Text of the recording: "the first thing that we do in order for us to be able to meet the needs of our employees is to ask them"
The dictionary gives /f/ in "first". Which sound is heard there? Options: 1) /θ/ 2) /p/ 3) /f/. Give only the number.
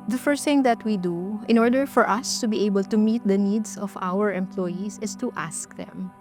3